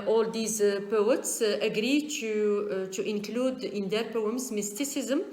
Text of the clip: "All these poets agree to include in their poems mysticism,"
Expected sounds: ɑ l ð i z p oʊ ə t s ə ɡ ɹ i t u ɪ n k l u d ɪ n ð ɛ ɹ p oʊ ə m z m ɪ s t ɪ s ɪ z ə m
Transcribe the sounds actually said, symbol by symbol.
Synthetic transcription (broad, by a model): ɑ l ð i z p oʊ ə t s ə ɡ ɹ i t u ɪ n k l u d ɪ n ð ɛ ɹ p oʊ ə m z m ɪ s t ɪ s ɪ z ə m